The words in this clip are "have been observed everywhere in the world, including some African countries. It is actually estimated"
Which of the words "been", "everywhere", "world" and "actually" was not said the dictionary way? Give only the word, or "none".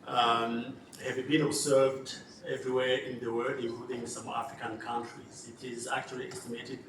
world